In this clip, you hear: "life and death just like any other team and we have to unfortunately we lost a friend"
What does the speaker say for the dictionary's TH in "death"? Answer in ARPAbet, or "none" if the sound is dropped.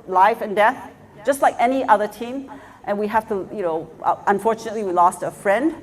TH